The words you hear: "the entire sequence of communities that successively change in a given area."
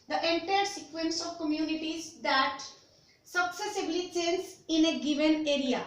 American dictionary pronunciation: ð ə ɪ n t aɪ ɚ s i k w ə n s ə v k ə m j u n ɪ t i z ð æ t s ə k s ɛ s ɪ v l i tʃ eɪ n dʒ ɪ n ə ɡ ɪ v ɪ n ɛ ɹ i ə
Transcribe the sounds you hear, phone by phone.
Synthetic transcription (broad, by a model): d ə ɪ n t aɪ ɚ s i k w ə n s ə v k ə m j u n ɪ t i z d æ t s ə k s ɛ s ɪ b l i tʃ eɪ n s ɪ n ə ɡ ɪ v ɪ n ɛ ɹ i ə